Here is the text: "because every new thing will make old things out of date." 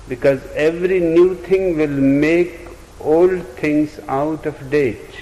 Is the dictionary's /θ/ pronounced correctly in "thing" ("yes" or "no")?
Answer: no